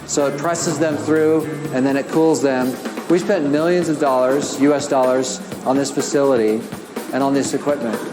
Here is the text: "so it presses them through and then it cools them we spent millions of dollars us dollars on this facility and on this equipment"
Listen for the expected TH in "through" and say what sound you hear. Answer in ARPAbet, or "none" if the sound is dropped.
TH